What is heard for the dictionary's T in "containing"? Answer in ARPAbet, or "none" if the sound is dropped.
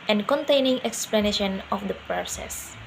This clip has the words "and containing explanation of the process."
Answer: T